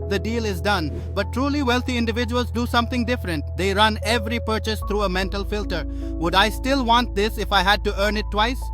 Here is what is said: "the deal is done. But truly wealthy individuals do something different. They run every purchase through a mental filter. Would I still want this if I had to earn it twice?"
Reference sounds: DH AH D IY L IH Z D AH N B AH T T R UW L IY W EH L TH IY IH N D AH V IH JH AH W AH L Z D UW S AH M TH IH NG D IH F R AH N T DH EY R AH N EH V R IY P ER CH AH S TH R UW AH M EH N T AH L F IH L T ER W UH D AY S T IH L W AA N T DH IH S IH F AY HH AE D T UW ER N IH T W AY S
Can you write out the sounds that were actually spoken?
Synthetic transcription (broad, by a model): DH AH D IY L IH Z D AH N B AH T T R UW L IY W EH L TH IY IH N D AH V IH JH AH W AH L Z D UW S AH M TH IH NG D IH F R AH N T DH EY R AH N EH V R IY P ER CH AH S T R UW AH M EH N T AH L F IH L T ER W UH D AY S T IH L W AA N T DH IH S IH F AY HH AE D T UW ER N IH T W AY S